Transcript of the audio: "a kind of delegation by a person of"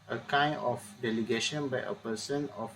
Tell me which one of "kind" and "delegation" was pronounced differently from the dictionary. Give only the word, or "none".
kind